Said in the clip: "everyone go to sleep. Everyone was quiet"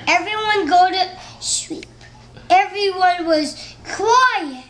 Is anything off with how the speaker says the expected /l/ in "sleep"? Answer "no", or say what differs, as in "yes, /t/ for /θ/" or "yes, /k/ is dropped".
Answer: yes, /w/ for /l/